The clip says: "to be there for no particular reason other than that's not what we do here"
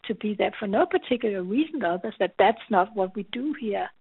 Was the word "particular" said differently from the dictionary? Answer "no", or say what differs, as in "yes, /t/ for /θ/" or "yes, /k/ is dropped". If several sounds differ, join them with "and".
no